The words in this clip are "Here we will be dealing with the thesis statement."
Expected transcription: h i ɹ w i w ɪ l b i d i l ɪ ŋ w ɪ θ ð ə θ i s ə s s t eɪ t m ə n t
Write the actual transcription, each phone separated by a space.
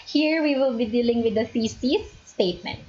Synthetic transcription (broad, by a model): h i ɹ w i w ɪ l b i d i l ɪ ŋ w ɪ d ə s i s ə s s t eɪ t m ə n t